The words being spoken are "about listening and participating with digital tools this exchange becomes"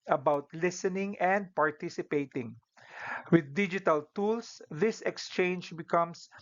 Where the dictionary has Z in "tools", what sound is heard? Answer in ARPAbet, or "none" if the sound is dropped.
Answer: S